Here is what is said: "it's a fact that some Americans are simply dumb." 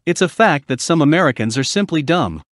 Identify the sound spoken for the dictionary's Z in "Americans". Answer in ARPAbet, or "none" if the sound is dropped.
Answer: Z